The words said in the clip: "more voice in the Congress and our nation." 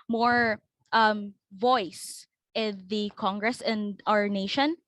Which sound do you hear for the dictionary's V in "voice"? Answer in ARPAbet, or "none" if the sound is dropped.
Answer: V